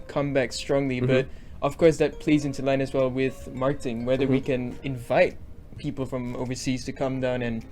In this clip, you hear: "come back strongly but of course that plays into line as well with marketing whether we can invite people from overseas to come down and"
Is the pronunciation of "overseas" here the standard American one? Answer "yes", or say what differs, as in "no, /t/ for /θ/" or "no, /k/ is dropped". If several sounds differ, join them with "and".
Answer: yes